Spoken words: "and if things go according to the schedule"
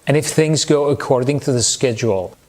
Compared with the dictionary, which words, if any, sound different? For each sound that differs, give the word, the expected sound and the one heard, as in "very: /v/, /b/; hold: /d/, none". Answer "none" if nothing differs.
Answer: none